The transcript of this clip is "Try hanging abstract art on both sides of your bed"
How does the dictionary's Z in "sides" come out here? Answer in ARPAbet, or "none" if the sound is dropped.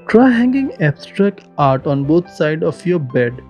none